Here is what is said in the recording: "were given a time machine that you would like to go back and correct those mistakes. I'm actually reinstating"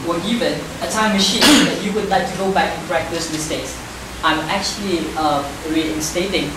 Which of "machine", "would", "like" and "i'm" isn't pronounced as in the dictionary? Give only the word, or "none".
none